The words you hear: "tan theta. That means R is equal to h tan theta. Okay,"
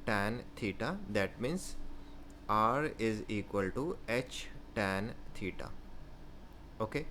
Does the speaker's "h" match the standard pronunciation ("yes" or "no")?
yes